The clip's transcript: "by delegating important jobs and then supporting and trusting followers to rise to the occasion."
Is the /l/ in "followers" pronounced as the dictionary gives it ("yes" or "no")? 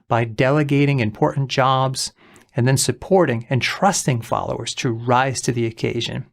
yes